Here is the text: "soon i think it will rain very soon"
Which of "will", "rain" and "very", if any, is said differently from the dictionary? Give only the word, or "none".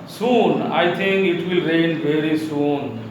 none